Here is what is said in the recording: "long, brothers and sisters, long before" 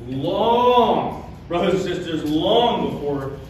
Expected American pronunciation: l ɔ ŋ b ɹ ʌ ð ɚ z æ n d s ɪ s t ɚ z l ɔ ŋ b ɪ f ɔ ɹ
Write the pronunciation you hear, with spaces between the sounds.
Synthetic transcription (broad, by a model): l ɔ ŋ b ɹ ʌ ð ɚ z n s ɪ s t ɚ z l ɔ ŋ b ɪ f ɔ ɹ